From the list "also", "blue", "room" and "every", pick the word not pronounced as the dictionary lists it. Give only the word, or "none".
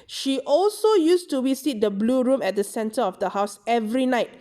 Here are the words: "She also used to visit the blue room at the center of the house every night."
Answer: none